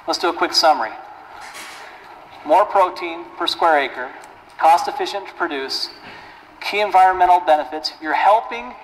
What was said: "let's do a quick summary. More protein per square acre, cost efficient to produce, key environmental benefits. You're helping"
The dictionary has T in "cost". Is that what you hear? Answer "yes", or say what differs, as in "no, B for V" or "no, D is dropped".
yes